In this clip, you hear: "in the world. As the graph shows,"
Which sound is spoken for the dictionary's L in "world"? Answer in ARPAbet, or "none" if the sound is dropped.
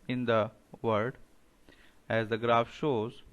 none